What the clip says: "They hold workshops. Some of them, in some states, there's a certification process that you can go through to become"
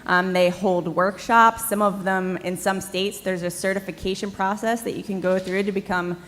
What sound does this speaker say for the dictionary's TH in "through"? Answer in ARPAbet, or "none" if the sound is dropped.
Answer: TH